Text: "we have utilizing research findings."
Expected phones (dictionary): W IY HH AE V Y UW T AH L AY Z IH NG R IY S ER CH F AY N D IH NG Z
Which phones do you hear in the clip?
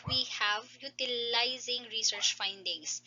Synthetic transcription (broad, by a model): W IY HH AE V Y UW T AH L AY Z IH NG R IY S ER CH F AY N D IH NG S